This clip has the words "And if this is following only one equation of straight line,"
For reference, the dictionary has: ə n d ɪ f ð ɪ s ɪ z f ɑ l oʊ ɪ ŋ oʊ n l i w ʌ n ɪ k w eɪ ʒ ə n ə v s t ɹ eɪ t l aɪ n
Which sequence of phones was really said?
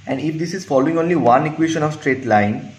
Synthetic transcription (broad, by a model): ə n d ɪ f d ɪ s ɪ z f ɑ l oʊ ɪ ŋ oʊ n l i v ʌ n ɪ k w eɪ ʃ ə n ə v s t ɹ eɪ t l aɪ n